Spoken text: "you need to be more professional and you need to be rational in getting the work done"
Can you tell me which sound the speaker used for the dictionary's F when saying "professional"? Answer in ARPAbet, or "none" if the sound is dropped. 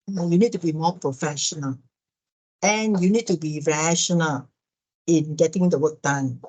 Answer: F